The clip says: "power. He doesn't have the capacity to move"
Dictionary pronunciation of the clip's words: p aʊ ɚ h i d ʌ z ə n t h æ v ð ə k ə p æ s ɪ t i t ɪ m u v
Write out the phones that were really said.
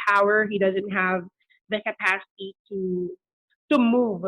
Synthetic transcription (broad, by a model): aʊ ɚ h i d ʌ z ə n t h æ v ð ə k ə p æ s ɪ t i t ɪ m u v